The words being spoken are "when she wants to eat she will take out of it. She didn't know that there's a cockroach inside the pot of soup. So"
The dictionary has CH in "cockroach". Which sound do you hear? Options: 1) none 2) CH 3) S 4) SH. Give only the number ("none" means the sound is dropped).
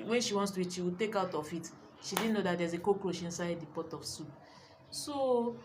4